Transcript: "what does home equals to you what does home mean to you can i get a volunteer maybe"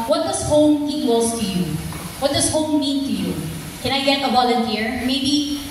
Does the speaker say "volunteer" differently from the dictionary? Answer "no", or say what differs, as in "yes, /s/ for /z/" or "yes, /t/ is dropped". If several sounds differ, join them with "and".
yes, /b/ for /v/